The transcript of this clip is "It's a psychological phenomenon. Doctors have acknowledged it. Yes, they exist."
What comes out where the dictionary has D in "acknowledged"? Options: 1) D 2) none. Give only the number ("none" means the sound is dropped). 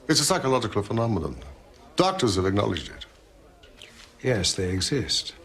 1